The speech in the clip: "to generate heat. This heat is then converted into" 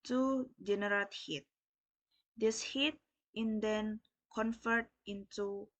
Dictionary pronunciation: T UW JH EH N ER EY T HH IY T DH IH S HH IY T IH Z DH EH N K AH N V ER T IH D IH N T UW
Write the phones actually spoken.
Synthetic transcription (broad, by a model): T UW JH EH N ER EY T HH IY T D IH S HH IY T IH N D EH N K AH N F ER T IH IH N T UW